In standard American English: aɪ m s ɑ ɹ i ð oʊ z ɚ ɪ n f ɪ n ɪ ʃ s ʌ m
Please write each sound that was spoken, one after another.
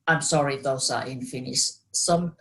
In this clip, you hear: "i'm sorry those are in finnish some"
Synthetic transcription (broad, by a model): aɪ m s ɑ ɹ i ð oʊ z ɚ ɪ n f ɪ n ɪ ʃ s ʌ m